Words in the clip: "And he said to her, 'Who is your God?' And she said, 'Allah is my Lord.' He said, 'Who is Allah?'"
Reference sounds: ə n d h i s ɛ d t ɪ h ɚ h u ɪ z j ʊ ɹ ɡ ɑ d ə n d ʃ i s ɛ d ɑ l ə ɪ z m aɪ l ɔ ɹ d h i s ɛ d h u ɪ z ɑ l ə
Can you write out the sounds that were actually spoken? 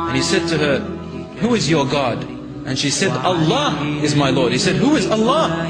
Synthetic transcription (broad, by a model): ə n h i s ɛ d t ɪ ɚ h u ɪ z j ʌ ɹ ɡ ɑ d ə n ʃ i s ɛ d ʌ l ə ɪ z m aɪ l ɔ ɹ d h i s ɛ d h u ɪ z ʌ l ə